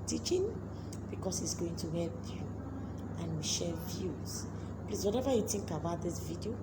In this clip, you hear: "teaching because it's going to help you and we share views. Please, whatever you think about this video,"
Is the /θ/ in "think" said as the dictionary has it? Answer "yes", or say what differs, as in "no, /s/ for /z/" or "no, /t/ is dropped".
no, /t/ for /θ/